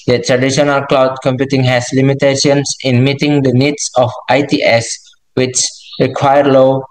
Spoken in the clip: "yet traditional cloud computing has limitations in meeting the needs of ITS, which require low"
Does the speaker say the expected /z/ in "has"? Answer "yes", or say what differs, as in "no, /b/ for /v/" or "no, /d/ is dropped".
no, /s/ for /z/